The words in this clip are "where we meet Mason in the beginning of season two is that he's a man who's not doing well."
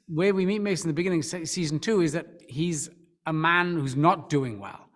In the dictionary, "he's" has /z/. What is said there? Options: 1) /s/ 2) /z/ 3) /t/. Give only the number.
2